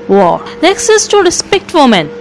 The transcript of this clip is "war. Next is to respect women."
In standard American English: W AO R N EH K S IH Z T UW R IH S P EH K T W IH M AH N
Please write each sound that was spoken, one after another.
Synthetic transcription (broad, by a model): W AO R N EH K S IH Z T UW R IH S P EH K T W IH M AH N